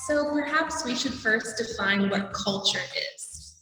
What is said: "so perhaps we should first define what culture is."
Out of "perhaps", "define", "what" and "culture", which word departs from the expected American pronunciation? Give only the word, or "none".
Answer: none